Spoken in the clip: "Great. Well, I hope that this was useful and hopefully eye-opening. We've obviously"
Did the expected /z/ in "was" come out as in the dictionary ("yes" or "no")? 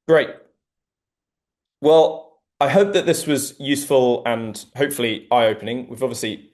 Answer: yes